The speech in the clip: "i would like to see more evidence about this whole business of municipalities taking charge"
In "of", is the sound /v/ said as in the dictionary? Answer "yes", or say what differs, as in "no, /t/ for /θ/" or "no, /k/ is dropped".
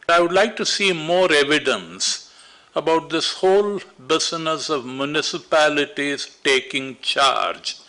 yes